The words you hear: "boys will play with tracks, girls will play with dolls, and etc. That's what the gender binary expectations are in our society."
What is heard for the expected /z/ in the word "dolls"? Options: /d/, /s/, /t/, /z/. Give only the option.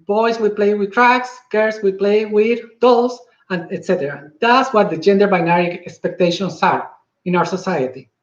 /s/